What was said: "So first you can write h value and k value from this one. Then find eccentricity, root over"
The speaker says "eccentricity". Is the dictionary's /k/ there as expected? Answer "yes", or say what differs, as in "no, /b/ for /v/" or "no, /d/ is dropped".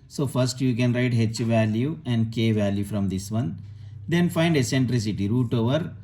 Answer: no, /k/ is dropped